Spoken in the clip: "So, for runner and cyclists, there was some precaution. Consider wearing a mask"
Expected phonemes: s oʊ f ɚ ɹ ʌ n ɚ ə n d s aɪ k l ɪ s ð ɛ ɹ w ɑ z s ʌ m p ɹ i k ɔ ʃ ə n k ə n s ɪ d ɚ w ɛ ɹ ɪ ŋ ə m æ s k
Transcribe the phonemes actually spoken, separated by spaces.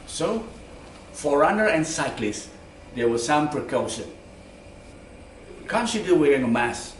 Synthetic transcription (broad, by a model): s oʊ f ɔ ɹ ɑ n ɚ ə n s aɪ k l ɪ s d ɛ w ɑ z s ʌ m p ɹ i k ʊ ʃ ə n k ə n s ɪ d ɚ w ɛ ɹ ɪ ŋ ə m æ s